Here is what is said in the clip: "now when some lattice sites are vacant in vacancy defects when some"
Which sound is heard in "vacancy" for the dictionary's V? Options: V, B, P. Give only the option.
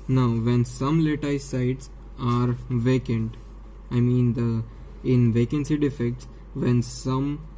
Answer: V